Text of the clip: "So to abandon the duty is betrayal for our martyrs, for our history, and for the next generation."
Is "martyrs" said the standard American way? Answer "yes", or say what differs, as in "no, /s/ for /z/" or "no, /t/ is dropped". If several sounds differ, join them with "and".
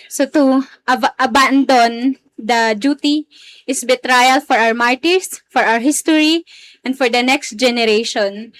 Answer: no, /s/ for /z/